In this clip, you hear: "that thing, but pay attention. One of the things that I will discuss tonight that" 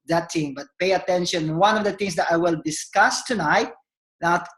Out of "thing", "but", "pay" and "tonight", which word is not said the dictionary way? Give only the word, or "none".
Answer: thing